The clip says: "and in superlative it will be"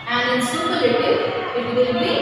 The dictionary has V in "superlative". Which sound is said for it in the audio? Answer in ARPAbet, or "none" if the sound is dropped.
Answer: none